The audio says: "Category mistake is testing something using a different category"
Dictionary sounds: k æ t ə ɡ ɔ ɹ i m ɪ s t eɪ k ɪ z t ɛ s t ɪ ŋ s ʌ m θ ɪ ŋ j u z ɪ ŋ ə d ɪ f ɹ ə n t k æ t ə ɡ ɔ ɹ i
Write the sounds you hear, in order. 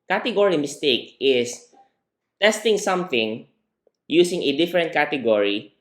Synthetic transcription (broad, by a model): k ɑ t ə ɡ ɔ ɹ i m ɪ s t eɪ k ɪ s t ɛ s t ɪ ŋ s ʌ m θ ɪ ŋ j u s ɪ ŋ ə d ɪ f ɹ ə n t k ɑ t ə ɡ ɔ ɹ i